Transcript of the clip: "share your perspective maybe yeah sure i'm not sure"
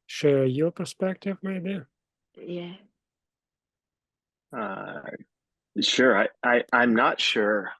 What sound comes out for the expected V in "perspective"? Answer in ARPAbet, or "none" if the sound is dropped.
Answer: V